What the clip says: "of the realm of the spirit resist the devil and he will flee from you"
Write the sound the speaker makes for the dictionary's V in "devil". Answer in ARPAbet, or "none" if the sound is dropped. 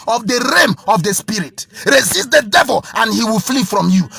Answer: V